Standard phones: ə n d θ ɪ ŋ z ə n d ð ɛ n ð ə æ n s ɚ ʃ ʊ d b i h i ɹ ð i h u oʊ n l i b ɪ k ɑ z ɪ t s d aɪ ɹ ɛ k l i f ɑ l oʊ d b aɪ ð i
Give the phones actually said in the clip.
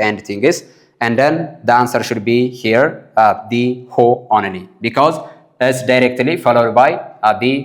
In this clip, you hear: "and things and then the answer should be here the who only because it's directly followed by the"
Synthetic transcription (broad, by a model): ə n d t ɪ ŋ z ə n d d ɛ n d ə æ n s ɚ ʃ ʊ d b i h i ɹ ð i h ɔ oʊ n n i b ɪ k ɑ z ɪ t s d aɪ ɹ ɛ k l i f ɑ l oʊ d b aɪ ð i